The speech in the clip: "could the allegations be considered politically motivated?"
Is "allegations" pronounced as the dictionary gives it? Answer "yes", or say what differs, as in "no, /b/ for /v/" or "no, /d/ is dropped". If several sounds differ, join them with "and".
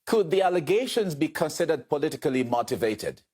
yes